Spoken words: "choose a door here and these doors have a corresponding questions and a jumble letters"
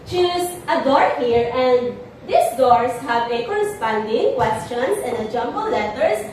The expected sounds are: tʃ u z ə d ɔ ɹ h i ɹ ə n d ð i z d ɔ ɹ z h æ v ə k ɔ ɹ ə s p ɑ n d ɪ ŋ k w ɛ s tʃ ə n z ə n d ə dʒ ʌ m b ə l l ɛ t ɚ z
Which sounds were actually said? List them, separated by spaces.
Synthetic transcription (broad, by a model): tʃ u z ə d ɔ ɹ h i ɹ ə n d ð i s d ɔ ɹ s h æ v ə k ɔ ɹ ə s p ɑ n d ɪ ŋ k w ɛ s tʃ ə n s ə n d ə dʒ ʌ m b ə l l ɛ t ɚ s